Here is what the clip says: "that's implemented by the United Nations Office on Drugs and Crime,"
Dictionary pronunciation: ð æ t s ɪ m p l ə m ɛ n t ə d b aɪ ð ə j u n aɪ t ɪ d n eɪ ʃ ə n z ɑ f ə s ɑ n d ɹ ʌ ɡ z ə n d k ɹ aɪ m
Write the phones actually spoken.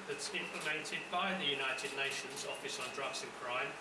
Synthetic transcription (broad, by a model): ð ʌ t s ɪ m p l ə m ɛ n t ə d b aɪ ð ə j u n aɪ t ɪ d n eɪ ʃ ə n z ɑ f ə s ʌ n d ɹ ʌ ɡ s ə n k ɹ aɪ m